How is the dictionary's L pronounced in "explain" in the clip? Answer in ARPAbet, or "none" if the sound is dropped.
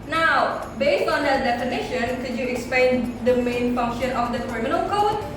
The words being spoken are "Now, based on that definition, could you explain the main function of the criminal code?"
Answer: none